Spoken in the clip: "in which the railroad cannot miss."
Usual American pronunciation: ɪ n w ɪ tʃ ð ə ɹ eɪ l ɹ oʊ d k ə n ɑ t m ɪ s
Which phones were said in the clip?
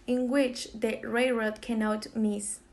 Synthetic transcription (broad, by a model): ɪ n w ɪ tʃ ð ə ɹ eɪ ɹ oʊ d k ə n ɑ t m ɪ s